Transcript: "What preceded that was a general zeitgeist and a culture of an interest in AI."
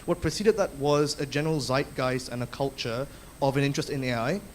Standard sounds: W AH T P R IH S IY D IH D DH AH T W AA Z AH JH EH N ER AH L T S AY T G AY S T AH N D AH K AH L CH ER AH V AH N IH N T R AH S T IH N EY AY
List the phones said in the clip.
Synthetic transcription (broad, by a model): W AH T P R IH S IY D IH D DH AH T W AA Z AH JH EH N ER AH L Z AY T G AY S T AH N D AH K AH L CH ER AH V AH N IH N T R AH S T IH N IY AY